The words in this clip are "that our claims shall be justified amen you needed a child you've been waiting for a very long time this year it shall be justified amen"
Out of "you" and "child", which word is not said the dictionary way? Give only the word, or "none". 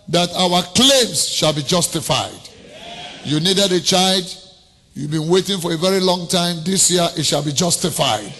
none